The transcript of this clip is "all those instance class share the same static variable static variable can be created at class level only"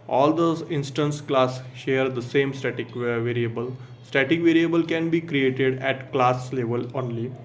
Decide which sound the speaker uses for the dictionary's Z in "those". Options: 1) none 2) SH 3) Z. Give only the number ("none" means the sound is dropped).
1